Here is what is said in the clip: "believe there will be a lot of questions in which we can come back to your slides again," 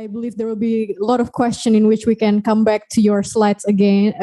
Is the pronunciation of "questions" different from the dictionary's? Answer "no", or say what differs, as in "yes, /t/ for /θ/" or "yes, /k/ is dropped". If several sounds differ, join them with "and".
yes, /z/ is dropped